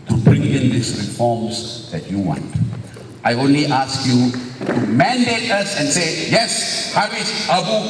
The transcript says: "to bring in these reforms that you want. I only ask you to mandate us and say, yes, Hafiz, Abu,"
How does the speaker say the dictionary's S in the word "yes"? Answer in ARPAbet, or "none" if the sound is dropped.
S